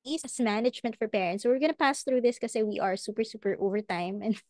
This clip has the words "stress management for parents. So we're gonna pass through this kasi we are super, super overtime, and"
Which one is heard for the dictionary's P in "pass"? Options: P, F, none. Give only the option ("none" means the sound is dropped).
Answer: P